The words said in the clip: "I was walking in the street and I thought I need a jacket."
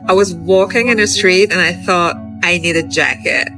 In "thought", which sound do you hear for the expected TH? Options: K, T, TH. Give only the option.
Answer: TH